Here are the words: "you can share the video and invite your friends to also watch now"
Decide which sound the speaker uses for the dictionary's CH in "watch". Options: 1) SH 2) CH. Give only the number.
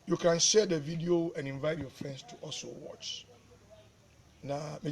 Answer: 2